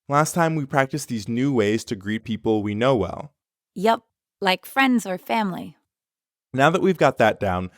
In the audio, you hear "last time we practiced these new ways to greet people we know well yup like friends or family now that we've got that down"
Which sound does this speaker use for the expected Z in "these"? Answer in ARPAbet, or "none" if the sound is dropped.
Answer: Z